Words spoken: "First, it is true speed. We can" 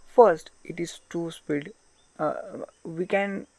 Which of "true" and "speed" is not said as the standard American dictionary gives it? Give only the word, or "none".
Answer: true